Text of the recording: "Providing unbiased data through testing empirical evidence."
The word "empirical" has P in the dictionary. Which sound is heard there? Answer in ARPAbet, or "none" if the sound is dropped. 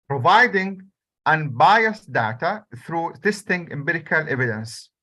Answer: B